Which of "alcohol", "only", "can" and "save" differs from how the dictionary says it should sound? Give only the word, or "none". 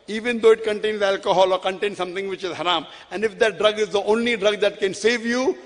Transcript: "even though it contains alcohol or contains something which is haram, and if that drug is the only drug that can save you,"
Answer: none